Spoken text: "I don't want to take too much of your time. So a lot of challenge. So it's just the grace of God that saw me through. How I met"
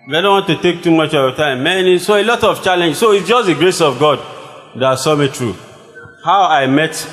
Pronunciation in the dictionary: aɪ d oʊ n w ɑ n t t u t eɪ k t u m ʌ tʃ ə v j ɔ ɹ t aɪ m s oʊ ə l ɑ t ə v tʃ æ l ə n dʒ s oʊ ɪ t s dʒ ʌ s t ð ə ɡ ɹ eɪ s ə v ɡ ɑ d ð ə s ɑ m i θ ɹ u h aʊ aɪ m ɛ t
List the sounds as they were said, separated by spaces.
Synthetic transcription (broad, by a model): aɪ d oʊ n w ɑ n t t u t eɪ k t u m ʌ tʃ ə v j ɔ t aɪ m s oʊ ə l ɑ t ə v tʃ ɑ l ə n dʒ s oʊ ɪ t s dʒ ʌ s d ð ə ɡ ɹ eɪ s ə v ɡ ɑ d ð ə s ɑ m i t ɹ u h aʊ aɪ m ɛ t